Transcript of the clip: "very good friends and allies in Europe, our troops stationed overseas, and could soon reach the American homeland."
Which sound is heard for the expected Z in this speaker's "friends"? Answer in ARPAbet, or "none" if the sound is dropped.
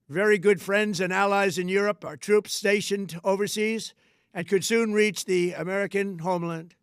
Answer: Z